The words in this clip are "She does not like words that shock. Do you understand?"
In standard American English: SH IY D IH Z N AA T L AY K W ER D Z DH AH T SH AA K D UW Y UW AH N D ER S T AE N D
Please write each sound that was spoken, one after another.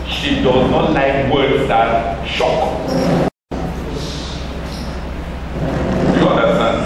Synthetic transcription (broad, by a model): SH IY D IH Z N AA T L AY K W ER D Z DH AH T SH AA K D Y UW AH N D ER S T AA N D